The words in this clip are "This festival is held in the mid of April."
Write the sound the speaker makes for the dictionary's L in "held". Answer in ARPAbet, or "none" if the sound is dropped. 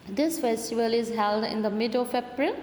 L